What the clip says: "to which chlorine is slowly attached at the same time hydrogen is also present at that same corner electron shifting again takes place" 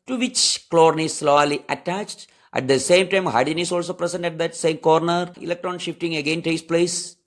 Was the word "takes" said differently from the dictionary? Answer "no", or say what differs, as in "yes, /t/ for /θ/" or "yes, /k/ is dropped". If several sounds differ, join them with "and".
yes, /k/ is dropped